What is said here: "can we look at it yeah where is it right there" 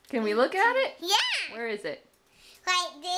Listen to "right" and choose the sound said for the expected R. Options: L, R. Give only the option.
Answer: L